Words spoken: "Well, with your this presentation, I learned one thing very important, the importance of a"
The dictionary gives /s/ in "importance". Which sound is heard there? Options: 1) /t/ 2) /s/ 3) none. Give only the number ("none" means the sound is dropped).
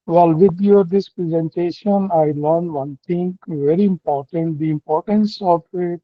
2